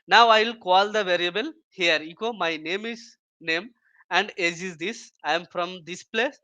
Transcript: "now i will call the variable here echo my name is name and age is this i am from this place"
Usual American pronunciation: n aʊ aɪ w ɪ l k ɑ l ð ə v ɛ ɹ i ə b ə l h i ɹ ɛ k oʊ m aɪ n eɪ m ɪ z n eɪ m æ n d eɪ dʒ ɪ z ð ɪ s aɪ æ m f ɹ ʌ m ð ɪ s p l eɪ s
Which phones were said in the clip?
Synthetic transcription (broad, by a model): n aʊ aɪ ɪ l k ɑ l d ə v ɛ ɹ i ə b ə l h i ɹ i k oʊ m aɪ n eɪ m ɪ z n eɪ m æ n d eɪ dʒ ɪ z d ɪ s aɪ m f ɹ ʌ m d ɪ s p l eɪ s